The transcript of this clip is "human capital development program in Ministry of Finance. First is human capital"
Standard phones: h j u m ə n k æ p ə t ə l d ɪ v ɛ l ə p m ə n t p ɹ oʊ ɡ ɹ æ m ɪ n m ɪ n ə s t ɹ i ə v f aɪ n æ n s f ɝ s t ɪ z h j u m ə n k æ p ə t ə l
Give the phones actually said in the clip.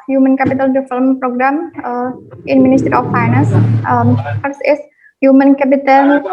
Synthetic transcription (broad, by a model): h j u m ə n k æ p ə t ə l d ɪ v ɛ l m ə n p ɹ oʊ ɡ ɹ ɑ m ɪ n m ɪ n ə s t ɹ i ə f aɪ n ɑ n s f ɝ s ɪ s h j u m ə n k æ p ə t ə l